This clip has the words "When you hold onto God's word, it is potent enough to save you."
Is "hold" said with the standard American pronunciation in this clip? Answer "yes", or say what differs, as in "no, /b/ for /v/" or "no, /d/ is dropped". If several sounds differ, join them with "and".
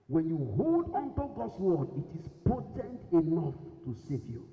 yes